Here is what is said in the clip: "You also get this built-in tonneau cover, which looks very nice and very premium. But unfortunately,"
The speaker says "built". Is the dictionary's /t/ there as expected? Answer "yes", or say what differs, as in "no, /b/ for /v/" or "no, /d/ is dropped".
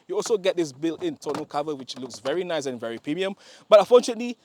no, /t/ is dropped